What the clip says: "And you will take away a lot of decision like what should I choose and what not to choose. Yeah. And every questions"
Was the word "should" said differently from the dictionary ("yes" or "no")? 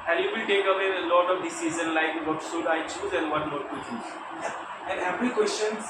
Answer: yes